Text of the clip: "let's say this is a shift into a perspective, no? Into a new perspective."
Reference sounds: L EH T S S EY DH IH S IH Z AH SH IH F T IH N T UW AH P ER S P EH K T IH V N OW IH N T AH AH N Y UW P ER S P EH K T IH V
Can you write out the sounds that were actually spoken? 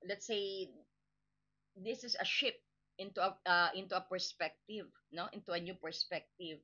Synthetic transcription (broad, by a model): L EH T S S EY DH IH S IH S AH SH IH P T IH N T UW AH P ER S P EH K T IH V N OW IH N T AH AH N Y UW P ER S P EH K T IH V